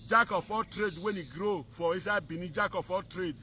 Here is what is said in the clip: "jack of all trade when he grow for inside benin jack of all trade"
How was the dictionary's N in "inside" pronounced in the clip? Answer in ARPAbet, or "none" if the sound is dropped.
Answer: none